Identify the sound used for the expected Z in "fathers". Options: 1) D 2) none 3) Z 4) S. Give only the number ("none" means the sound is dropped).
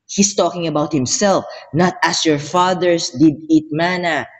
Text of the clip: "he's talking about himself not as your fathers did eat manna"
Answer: 4